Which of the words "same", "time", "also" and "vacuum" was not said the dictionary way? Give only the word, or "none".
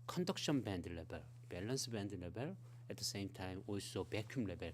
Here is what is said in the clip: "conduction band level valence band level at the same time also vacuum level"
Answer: vacuum